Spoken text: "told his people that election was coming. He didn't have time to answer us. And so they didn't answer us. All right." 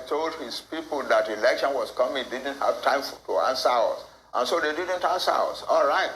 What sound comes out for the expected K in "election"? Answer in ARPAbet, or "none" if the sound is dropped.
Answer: K